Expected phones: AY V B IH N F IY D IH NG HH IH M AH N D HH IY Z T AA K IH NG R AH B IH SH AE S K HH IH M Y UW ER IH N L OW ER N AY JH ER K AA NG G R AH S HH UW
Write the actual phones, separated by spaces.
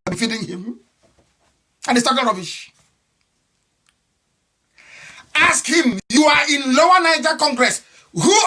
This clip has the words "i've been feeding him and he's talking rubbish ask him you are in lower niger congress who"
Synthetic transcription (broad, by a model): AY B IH F IY D IH NG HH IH M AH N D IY S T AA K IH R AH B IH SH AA S K HH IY M Y UW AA IH N L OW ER N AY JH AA K AA NG G R AH S HH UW